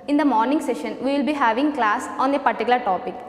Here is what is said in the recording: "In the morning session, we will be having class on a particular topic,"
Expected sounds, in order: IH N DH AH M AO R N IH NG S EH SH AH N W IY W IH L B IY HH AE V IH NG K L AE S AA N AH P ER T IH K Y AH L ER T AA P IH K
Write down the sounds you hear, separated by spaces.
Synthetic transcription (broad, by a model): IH N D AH M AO R N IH NG S EH SH AH N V IY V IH L B IY HH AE V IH NG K L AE S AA N AH P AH T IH K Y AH L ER T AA P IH K